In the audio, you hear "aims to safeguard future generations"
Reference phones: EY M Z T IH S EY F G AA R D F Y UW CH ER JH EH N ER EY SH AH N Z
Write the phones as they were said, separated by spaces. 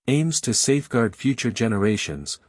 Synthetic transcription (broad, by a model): EY M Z T IH S EY F G AA R D F Y UW CH ER JH EH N ER EY SH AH N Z